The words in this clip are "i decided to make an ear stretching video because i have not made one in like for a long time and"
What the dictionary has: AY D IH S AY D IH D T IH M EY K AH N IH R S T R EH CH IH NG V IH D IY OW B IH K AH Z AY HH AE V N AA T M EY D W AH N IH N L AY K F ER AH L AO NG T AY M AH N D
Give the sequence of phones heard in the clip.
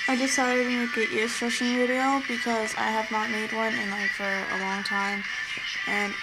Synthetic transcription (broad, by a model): AY D IH S AY D IH D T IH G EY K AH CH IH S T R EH SH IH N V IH D IY OW B IH K AH Z AY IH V N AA T M EY D W AH N IH N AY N F ER AH L AO NG T AY M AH N